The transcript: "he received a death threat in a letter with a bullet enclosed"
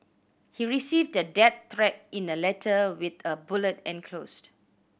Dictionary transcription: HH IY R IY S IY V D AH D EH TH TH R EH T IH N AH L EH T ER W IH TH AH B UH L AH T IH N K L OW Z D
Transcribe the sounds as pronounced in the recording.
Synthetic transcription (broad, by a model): HH IY R IY S IY V D AH D EH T R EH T IH N AH L EH T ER W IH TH AH B UH L AH T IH N K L OW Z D